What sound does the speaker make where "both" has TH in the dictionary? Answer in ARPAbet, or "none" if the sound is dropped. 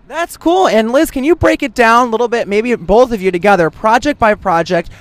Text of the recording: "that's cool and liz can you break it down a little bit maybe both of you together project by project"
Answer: TH